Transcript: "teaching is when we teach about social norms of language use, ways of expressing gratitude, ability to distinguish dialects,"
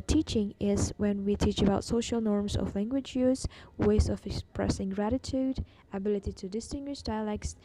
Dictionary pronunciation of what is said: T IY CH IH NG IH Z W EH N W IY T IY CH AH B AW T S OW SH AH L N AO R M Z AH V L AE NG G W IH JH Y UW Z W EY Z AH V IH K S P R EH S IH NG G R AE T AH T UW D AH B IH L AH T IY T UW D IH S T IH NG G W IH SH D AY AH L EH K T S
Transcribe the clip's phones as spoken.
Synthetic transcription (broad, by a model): T IY CH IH NG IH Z W EH N W IY T IY CH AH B AW T S OW SH AH L N AO R M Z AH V L AE NG G W IH JH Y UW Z W EY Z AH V IH K S P R EH S IH NG G R AE T AH T UW D AH B IH L AH T IY T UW D IH S T IH NG G W IH SH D AY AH L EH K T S